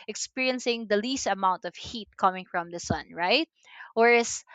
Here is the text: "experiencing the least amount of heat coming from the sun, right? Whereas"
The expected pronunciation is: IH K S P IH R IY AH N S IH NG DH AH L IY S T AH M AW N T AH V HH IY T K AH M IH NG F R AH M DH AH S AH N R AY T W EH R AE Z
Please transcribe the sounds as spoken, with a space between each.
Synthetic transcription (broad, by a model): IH K S P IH R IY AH N S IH NG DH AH L IY S T AH M AW N T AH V HH IY T K AH M IH NG F R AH M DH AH S AH N R AY T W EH R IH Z